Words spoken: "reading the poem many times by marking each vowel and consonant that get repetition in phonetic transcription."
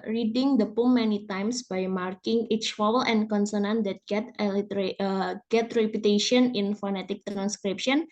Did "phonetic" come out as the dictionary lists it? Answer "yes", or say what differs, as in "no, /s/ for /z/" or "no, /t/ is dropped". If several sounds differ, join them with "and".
yes